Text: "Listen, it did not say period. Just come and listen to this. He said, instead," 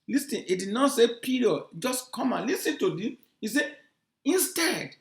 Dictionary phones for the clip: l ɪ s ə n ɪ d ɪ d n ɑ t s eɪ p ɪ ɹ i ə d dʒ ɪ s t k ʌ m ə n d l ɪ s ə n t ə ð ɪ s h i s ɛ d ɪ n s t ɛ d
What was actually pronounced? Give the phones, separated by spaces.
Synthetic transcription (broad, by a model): l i s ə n ɪ d ɪ d n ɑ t s eɪ p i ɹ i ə dʒ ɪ s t k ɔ m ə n l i s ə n t ə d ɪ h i s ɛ ɪ n s t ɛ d